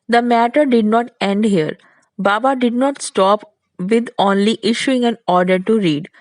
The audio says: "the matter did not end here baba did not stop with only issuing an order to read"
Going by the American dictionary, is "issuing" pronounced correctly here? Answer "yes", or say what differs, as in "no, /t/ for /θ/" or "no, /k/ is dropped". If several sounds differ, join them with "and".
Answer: yes